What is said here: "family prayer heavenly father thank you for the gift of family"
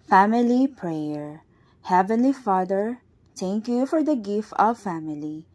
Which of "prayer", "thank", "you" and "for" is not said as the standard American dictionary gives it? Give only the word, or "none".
thank